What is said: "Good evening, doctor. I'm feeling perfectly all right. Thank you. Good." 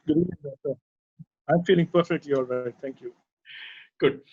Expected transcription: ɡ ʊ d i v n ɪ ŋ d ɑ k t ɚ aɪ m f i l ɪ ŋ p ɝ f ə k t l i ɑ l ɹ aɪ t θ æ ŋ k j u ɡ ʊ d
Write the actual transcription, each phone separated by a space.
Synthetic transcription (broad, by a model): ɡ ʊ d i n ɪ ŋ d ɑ t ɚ aɪ m f i l ɪ ŋ p ɝ f ə k t l i ɑ l ɹ aɪ t t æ ŋ k j u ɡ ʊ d